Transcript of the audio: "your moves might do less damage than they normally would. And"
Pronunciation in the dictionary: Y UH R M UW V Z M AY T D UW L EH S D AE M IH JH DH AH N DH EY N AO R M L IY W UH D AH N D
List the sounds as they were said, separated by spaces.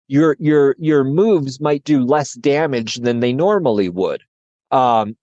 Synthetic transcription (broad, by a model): Y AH R M UW V Z M AY T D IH L EH S D AE M IH JH DH AH N DH EY N AO R M L IY W UH D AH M